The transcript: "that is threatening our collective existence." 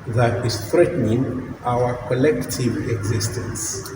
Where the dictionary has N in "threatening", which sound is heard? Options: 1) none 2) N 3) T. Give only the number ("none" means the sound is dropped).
2